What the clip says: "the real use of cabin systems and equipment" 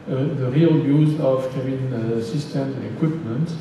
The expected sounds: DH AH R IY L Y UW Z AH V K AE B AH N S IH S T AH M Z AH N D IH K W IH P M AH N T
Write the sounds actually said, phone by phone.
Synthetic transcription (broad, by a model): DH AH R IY L Y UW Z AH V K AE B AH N S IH S T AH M AH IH K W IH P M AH N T